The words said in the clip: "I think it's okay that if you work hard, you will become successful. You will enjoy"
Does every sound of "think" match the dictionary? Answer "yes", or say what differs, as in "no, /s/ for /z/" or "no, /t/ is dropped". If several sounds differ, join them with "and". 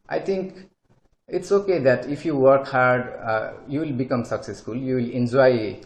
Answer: no, /t/ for /θ/